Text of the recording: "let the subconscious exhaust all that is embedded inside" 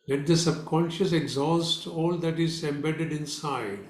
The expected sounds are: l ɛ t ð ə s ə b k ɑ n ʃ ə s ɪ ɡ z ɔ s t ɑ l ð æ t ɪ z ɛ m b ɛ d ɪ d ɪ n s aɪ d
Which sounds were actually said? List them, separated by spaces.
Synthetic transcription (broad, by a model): l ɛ t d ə s ə b k ɑ n ʃ ə s ɪ ɡ z ɔ s t ɑ l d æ t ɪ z ɛ m b ɛ d ɪ d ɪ n s aɪ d